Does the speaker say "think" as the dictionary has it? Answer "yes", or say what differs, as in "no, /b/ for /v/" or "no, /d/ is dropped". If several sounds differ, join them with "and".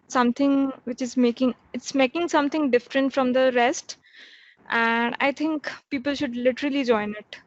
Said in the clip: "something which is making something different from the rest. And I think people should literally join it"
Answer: no, /t/ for /θ/